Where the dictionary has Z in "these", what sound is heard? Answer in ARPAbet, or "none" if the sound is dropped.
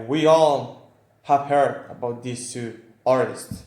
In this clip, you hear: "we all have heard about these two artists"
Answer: S